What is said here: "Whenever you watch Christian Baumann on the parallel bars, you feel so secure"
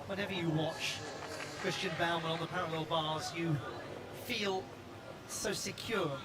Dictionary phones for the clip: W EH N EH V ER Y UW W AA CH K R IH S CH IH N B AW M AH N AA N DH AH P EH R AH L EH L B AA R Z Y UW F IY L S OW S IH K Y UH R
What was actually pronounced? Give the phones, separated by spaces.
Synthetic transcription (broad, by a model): W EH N EH V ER Y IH W AA CH K R IH S CH IH N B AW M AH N N DH AH P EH R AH L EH L B AA R Z Y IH F IY L S OW S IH K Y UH R